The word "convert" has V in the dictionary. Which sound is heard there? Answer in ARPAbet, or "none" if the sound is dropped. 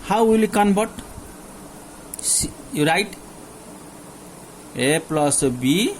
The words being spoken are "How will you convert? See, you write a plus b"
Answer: B